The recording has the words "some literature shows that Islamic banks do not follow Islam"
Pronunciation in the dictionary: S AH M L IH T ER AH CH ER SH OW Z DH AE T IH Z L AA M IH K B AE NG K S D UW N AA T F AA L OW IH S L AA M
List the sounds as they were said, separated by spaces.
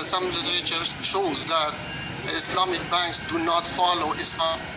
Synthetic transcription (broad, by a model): S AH M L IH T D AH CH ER SH OW Z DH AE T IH S L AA M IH K B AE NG K S D UW N AA T F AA L OW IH S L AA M